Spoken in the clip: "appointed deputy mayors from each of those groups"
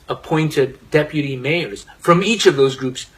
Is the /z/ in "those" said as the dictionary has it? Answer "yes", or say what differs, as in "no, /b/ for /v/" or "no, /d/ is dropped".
yes